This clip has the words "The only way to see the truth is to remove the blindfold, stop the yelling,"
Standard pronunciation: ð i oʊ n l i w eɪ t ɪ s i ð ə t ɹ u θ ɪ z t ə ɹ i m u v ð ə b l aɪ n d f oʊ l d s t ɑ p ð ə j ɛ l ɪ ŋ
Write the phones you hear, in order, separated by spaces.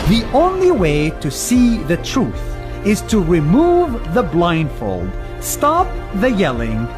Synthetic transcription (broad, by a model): ð i oʊ n l i w eɪ t ɪ s i ð ə t ɹ u θ ɪ z t ə ɹ i m u v ð ə b l aɪ n d f oʊ l d s t ɑ p ð ə j ɛ l ɪ ŋ